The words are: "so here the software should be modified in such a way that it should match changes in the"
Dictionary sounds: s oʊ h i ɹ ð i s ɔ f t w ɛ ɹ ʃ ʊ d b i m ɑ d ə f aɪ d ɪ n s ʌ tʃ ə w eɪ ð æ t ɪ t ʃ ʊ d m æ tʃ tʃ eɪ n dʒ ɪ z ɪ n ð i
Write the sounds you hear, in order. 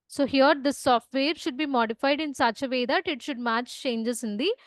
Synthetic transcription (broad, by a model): s oʊ h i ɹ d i s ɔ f t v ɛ ɹ ʃ ʊ d b i m ɑ d ə f aɪ d ɪ n s ʌ tʃ ə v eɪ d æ t ɪ t ʃ ʊ d m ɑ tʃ tʃ eɪ n dʒ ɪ s ɪ n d i